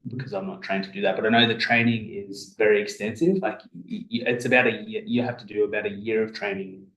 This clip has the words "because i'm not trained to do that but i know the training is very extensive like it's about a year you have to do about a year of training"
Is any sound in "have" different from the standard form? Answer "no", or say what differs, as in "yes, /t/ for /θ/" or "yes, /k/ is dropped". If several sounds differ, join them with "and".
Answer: yes, /f/ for /v/